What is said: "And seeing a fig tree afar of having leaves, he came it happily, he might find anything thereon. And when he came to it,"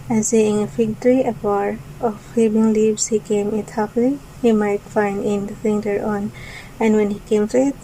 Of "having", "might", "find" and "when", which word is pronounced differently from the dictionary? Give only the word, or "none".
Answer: having